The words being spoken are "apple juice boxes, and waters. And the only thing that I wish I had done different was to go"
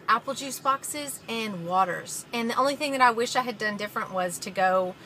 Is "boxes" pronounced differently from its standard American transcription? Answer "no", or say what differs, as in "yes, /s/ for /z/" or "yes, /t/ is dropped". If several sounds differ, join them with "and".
no